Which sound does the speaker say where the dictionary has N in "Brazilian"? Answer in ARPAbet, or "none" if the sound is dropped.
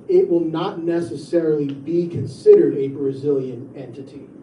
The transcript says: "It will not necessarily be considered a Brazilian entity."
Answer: N